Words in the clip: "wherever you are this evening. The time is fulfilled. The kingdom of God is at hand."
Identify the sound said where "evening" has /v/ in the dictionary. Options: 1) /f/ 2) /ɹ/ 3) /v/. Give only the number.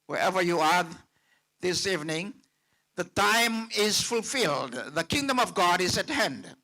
3